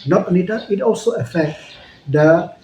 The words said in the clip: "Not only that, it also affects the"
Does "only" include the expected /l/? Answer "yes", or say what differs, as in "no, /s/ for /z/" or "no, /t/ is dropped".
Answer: no, /l/ is dropped